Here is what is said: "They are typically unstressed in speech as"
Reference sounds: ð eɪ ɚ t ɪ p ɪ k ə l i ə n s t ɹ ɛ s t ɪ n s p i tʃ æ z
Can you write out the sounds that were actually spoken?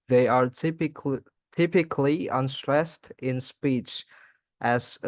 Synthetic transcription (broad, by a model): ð eɪ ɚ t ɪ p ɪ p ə l i ə n s t ɹ ɛ s t ɪ n s p i tʃ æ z